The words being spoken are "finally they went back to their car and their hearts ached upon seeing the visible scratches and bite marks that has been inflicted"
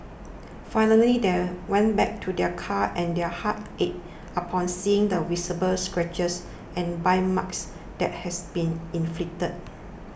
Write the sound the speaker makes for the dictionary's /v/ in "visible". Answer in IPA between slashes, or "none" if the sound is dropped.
/w/